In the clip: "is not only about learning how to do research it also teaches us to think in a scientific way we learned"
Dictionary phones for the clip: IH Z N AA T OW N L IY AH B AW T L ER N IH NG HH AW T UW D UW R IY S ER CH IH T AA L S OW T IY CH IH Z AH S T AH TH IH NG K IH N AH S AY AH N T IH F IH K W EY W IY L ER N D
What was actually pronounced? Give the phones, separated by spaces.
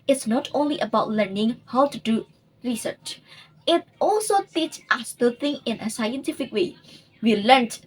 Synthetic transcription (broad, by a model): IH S N AA T OW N L IY AH B AW T L ER N IH NG HH AW T UW D UW R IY S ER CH IH T AA L S OW T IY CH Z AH S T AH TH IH NG IH N AH S AY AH N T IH F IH K W EY W IY L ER N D